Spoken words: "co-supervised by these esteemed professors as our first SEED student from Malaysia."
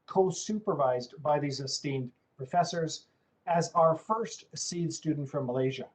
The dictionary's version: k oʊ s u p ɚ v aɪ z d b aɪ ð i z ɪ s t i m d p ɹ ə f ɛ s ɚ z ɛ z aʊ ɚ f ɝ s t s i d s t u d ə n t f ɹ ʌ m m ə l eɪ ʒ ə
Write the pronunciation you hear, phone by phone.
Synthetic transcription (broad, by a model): k oʊ s u p ɚ v aɪ z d b aɪ ð i z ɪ s t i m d p ɹ ə f ɛ s ɚ z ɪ z aʊ ɚ f ɝ s t s i d s t u d n t f ɹ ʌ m m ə l eɪ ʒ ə